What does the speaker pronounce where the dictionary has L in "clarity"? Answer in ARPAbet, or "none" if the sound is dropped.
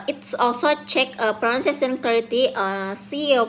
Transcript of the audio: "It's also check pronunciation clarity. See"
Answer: none